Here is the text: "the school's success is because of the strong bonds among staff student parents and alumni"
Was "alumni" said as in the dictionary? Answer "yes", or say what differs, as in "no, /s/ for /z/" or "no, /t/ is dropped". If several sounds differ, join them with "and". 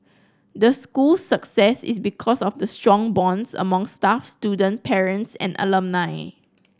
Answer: yes